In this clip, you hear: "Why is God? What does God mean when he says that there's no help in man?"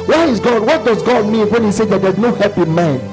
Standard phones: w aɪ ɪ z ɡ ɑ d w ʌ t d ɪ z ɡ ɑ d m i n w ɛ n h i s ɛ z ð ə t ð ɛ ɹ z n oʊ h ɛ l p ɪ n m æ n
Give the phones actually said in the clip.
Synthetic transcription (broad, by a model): w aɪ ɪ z ɡ ɑ d w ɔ t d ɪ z ɡ ɑ d m i n w ɛ n h i s ɛ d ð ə t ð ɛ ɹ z n oʊ h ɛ p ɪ m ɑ n